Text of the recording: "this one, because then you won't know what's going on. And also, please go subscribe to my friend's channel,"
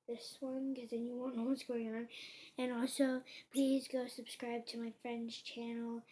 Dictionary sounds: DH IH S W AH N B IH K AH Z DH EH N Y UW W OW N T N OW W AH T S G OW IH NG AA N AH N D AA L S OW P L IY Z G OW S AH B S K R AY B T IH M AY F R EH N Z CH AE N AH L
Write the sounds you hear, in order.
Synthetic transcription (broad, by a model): DH IH S W AH N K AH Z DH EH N Y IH W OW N N OW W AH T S G OW IH NG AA N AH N AA L S OW P L IY Z G OW S AH B S K R AY B T IH M AY F R EH N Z CH AE N L